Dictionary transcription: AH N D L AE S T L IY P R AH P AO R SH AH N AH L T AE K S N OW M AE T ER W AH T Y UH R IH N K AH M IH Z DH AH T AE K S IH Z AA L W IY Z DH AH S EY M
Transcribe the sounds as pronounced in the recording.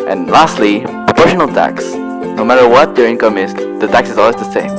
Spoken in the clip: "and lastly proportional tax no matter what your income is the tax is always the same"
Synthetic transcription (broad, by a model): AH N L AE S T L IY P R AH P AO R SH AH N AH L T AE K S N OW M AE T ER W AH T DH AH R IH N K AH M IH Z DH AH T AE K S IH Z AA L W IY Z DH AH S EY M